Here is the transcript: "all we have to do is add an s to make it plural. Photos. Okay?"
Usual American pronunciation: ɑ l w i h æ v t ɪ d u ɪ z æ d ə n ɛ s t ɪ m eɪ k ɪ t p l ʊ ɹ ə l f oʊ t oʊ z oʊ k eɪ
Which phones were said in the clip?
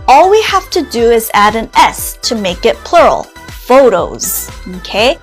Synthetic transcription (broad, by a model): ɑ l w i h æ f t ɪ d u ɪ z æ d ə n ɛ s t ɪ m eɪ k ɪ t p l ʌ ɹ l f oʊ t oʊ z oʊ k eɪ